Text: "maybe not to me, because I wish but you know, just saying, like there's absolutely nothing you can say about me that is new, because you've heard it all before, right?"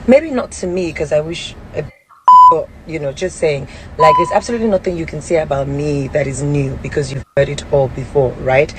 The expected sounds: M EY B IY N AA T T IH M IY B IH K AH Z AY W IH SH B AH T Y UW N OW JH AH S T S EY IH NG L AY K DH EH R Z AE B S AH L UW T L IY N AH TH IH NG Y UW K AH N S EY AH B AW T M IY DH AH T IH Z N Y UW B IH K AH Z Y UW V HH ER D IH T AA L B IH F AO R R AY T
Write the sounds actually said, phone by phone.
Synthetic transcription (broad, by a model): M EY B IY N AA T T IH M IY K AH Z AY W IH SH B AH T Y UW N OW JH AH S T S EY IH NG L AY K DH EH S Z AE B S AH L UW T L IY N AH TH IH NG Y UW K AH N S EY AH B AW T M IY DH AH T IH Z N Y UW B IH K AH Z Y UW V HH ER D IH T AA L B IH F AO R R AY T